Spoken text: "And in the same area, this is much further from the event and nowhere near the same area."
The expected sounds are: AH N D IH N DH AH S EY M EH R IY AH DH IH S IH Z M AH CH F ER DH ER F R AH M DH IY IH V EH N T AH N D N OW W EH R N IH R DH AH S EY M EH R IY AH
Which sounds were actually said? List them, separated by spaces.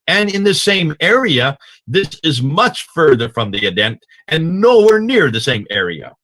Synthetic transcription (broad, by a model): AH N IH N DH AH S EY M EH R IY AH DH IH S IH Z M AH CH F ER DH ER F R AH M DH IY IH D EH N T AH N N OW W EH R N IH R DH AH S EY M EH R IY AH